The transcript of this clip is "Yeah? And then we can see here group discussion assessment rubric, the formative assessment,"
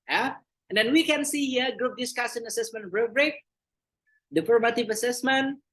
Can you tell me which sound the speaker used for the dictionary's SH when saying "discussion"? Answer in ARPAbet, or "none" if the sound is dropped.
S